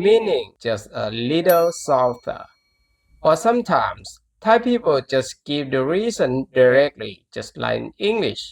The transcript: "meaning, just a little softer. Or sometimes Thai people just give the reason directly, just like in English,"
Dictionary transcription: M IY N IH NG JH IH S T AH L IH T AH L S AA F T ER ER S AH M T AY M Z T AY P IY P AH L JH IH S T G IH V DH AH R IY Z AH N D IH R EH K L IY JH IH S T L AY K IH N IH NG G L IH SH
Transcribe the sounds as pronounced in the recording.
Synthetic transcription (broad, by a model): M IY N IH NG JH IH S T AH L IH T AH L S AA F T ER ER S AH M T AY M S T AY P IY P AH L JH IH S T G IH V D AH R IY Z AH N D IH R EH K L IY JH IH S T L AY IH N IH NG G L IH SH